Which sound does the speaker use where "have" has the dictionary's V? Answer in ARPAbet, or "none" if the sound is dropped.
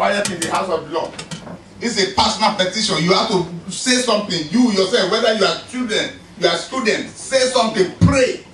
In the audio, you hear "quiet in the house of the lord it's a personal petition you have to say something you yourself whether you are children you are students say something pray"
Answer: F